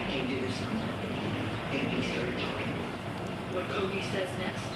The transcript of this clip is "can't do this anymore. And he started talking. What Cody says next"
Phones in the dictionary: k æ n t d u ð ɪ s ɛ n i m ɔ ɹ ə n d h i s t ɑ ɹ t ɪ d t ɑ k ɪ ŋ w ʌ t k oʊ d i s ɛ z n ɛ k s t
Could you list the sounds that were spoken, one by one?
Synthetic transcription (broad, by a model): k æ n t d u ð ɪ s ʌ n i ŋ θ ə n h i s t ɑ ɹ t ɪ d t ɑ k ɪ ŋ w ʌ t k oʊ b i s ɛ z n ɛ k s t